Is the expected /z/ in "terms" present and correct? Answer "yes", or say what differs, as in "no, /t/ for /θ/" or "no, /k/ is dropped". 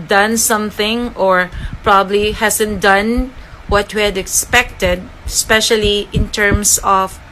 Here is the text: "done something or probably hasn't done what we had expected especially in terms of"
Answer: no, /s/ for /z/